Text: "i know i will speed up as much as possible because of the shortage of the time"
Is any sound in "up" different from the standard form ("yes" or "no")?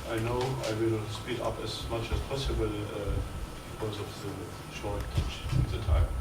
no